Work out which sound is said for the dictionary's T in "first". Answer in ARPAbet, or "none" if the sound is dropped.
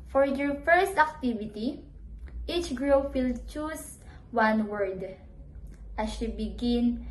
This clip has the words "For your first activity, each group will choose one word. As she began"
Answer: T